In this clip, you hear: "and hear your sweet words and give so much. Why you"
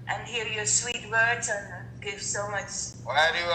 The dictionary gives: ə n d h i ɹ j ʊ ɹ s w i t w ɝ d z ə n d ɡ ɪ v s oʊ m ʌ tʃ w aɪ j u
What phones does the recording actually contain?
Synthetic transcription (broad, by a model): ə n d h i ɹ j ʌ ɹ s w i t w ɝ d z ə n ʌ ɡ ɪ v s oʊ m ʌ tʃ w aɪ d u